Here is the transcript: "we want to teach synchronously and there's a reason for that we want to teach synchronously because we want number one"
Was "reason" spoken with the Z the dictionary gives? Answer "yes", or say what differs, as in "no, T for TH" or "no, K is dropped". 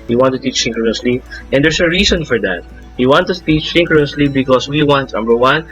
no, S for Z